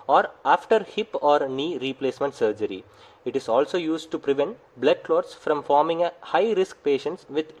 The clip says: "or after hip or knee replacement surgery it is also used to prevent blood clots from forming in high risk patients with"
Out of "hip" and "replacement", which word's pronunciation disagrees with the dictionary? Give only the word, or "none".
none